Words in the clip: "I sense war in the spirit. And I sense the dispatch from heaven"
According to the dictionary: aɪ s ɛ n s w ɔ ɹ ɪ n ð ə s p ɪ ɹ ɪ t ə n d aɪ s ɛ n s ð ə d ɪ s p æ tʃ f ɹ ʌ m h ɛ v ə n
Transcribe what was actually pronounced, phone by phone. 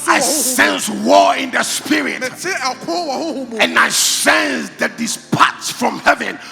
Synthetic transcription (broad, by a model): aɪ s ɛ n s w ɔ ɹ ɪ n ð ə s p ɪ ɹ ɪ t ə n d aɪ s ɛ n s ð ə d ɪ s p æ s f ɹ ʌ m h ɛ v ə n